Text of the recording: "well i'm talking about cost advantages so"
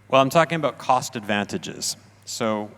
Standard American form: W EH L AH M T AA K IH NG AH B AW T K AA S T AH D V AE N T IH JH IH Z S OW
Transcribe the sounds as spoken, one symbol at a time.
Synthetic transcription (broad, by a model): W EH L AH M T AA K IH NG AH B AW T K AA S T AH D V AE N T IH JH IH Z S OW